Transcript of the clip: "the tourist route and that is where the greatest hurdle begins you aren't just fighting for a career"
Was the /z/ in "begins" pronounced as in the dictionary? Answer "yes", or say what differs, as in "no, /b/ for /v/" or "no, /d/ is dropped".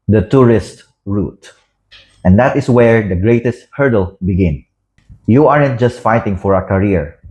no, /z/ is dropped